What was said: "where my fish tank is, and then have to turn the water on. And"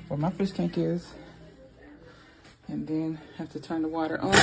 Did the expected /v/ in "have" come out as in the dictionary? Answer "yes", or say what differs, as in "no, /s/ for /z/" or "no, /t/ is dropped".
no, /f/ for /v/